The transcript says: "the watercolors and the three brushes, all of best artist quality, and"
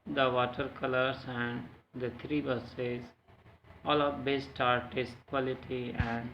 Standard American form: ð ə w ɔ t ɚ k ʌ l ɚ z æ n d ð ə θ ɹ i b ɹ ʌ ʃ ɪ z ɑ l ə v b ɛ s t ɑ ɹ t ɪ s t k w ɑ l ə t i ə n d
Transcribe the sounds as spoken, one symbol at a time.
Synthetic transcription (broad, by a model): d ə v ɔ t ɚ k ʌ l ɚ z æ n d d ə t ɹ i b ʌ s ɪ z ɑ l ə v b ɛ s t ɑ ɹ t ɪ s t k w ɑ l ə t i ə n d